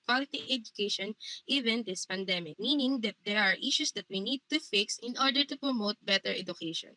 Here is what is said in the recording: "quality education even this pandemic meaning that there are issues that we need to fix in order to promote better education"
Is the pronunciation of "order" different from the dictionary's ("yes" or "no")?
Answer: no